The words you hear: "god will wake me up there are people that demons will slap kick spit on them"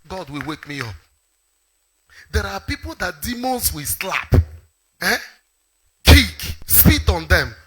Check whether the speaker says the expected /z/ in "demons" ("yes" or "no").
no